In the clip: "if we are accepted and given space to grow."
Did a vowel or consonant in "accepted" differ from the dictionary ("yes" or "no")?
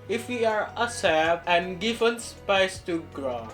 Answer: yes